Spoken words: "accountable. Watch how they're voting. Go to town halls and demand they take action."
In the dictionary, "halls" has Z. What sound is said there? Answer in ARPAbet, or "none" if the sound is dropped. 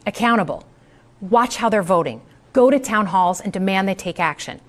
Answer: Z